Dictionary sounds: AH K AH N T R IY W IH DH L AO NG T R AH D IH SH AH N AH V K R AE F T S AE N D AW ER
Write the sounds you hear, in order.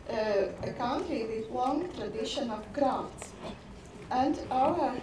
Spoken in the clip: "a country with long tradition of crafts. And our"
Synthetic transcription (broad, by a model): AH K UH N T IY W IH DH L AO NG T R AH D IH SH AH N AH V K R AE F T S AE N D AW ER